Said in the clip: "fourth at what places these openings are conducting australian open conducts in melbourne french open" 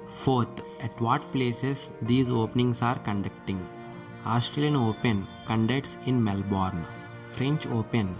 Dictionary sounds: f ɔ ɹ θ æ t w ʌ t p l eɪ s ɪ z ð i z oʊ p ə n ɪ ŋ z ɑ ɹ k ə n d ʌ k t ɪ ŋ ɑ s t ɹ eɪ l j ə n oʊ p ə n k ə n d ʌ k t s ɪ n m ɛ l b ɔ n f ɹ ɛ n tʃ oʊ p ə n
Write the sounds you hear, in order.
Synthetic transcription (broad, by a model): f ɔ ɹ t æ t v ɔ t p l eɪ s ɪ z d i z oʊ p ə n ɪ ŋ s ɑ ɹ k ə n d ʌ k t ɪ ŋ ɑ s t ɹ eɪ l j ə n oʊ p ə n k ə n d ʌ k t s ɪ n m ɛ l b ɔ n f ɹ ɛ n tʃ oʊ p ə n